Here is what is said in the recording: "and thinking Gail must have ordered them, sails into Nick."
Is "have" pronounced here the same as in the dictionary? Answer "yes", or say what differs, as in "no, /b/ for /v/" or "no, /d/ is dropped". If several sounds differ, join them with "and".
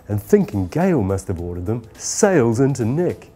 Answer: no, /b/ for /v/